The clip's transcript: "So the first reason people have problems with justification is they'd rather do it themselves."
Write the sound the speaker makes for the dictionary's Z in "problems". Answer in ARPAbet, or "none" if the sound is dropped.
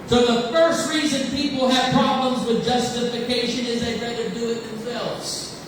Z